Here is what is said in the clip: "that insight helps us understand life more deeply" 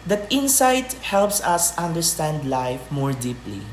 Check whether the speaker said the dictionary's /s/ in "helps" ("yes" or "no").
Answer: yes